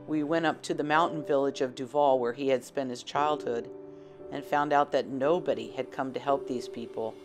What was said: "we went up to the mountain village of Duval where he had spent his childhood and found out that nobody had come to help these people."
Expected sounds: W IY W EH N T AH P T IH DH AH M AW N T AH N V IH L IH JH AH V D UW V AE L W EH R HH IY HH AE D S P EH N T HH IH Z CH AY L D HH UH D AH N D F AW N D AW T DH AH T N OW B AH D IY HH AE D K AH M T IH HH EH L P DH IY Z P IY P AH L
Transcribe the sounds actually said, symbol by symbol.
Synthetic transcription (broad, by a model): W IY W EH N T AH P T IH DH AH M AW N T N V IH L IH JH AH V D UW V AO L W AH R IY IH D S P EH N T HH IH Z CH AY L D HH UH D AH N F AW N D AW T DH AH T N OW B AH D IY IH D K AH M T IH HH EH L P DH IY Z P IY P L